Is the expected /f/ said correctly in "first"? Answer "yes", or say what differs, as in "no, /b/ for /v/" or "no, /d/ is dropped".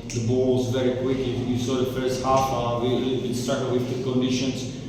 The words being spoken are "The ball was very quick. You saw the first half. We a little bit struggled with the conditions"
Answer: yes